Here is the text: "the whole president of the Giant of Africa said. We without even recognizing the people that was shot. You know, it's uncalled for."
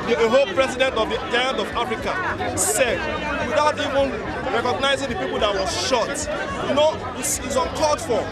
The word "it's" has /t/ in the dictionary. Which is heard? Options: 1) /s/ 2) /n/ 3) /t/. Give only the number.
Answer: 1